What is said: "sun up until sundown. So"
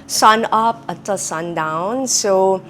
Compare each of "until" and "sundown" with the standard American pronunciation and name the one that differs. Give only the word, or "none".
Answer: until